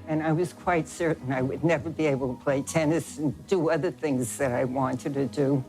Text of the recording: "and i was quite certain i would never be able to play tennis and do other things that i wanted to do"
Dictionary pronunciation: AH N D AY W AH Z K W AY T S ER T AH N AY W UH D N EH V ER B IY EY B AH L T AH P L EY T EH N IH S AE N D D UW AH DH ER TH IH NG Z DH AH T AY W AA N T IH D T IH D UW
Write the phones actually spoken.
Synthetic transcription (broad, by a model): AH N AY W AH Z K W AY T S ER T N AY W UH D N EH V ER B IY EY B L T AH P L EY T EH N IH S N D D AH AH DH ER TH IH NG Z DH AH T AY W AA N T IH D T IH D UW